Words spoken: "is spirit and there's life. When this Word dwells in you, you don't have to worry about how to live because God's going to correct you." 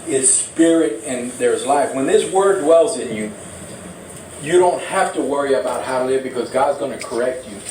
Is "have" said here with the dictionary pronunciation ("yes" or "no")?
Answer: no